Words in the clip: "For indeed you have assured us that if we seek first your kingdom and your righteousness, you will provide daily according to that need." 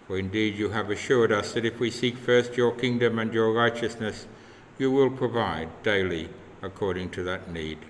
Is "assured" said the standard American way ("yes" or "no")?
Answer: yes